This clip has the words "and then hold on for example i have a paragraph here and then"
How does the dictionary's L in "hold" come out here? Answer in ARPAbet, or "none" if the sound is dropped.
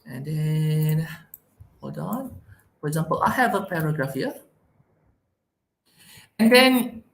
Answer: none